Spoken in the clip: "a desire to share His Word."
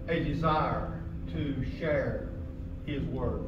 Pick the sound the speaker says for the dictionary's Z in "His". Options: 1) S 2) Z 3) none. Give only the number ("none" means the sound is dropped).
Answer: 2